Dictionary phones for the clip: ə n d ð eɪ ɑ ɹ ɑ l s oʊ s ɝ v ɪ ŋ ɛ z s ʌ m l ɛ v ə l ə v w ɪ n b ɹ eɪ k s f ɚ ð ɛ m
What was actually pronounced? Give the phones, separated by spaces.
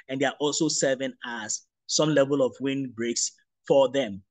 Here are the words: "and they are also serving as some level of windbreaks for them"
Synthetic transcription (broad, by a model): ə n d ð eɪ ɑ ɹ ɑ l s oʊ s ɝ v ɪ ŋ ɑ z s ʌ m l ɛ v ə l ə v w ɪ n b ɹ eɪ k s f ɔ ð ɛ m